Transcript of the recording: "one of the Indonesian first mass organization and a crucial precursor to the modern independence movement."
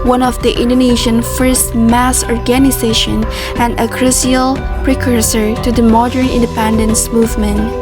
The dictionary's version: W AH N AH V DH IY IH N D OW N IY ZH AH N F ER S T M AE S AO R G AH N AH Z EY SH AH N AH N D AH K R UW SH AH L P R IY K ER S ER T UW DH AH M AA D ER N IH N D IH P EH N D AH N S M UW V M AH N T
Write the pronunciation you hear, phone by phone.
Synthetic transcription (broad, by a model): W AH N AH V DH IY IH N D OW N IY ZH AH N F ER S T M AE S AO R G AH N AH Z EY SH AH N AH N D AH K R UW S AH L P R IY K ER S ER T UW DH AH M AA D ER N IH N D IH P EH N D AH N S M UW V M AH N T